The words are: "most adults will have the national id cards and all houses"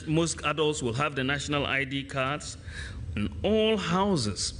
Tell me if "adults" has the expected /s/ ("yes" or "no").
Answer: yes